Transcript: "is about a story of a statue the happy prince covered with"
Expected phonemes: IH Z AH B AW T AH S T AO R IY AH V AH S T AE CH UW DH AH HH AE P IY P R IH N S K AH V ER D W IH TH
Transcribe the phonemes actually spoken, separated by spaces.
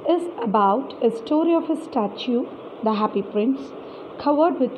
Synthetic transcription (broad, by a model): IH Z AH B AW T AH S T AO R IY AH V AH S T AE CH UW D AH HH AE P IY P R IH N S K AH V ER D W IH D